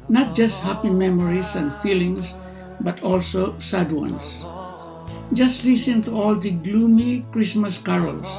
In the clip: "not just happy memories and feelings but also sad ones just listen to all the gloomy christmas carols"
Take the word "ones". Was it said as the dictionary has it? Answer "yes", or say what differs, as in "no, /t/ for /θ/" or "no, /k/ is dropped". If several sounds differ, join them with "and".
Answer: no, /s/ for /z/